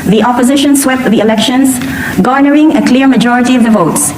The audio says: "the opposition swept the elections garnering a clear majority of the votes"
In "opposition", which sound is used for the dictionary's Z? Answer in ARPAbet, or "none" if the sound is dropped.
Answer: Z